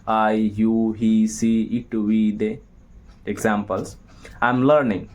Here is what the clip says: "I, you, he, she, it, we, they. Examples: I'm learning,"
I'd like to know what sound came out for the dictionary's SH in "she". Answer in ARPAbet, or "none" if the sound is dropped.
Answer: S